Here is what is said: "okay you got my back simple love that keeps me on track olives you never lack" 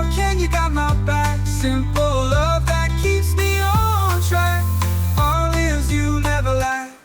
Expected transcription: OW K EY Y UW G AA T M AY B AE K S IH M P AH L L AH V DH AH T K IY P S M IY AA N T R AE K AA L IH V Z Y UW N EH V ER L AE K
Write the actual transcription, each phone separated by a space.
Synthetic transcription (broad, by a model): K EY Y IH G AA T M AY B AE K S IH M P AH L L AH V DH AH T K IY P S M IY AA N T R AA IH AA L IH Z Y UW N EH V ER L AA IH